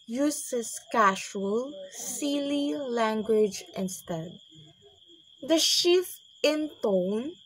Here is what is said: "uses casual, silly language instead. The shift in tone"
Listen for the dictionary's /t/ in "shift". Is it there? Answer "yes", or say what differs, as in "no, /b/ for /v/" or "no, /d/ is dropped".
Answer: no, /t/ is dropped